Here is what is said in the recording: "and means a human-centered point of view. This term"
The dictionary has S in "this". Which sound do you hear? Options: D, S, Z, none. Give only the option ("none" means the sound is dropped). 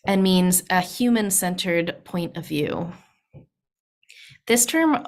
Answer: S